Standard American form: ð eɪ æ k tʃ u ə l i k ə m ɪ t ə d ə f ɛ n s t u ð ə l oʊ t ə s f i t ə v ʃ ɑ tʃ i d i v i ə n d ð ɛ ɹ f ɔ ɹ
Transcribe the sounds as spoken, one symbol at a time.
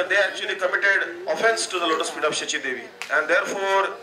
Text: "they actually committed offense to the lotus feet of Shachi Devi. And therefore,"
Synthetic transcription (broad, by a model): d eɪ æ k tʃ u ə l i k ə m ɪ t ə d ə f ɛ n s t u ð ə l oʊ t ə s p i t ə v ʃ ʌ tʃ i d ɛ v i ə n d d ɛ ɹ f ɔ ɹ